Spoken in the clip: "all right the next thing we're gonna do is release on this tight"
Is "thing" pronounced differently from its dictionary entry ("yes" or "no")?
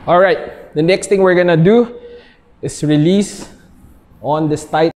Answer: yes